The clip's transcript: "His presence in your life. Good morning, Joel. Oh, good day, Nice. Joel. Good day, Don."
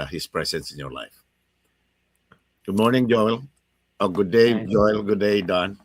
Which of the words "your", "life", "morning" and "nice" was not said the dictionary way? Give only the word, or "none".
nice